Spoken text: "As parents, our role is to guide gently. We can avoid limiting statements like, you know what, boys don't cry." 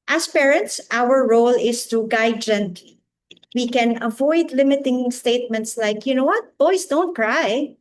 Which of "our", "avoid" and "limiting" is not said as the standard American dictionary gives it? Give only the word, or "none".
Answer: none